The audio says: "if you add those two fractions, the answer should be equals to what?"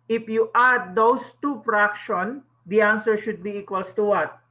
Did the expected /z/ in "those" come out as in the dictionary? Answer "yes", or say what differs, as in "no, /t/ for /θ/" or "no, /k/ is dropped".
no, /s/ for /z/